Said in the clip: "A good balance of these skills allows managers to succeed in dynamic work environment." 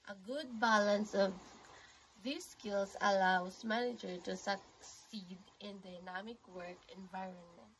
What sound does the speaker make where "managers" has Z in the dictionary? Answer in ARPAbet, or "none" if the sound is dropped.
none